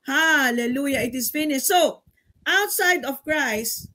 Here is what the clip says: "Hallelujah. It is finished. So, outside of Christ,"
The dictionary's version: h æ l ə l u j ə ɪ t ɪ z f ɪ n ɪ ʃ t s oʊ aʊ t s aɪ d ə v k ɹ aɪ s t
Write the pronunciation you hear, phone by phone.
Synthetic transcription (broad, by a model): h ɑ l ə l u j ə ɪ t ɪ s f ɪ n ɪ s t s oʊ aʊ t s aɪ d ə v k ɹ aɪ s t